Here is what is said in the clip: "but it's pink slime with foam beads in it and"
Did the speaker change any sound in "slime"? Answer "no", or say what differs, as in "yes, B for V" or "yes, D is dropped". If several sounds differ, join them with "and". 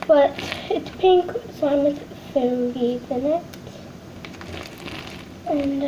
yes, L is dropped